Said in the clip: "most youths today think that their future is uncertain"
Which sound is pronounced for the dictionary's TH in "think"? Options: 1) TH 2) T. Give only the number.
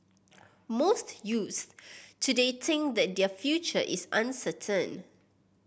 2